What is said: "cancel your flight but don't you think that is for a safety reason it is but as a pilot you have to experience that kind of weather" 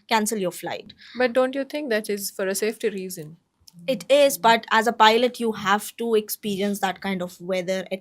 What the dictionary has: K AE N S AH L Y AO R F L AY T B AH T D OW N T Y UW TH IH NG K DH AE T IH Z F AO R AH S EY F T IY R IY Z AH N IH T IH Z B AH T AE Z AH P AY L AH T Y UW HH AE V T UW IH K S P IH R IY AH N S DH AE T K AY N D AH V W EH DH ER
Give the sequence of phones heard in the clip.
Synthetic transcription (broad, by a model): K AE N S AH L Y AO R F L AY T B AH T D OW N T Y UW T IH NG K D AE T IH Z F AO R AH S EY F T IY R IY Z AH N IH T IH Z B AH T AE Z AH P AY L AH T Y UW HH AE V T UW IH K S P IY R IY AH N S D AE T K AY N D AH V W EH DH ER